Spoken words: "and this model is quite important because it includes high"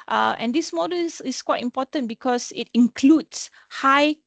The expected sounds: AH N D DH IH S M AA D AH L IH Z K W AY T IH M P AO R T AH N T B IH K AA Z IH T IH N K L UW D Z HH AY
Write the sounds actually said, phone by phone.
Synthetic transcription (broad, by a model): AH N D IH S M AA D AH L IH S K W AY T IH M P AO T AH N B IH K AA S IH T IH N K L UW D S HH AY